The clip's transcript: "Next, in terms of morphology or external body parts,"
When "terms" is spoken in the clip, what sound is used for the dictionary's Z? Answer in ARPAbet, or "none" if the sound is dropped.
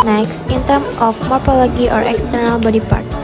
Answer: none